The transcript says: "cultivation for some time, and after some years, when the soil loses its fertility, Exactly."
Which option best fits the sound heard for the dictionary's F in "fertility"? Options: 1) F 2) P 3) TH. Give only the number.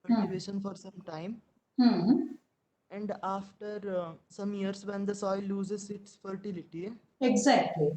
1